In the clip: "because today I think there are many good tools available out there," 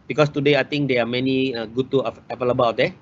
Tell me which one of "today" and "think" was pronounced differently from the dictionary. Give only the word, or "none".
think